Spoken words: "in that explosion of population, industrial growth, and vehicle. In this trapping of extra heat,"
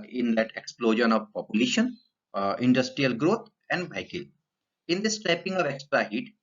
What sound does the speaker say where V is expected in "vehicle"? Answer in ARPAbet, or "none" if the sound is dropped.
B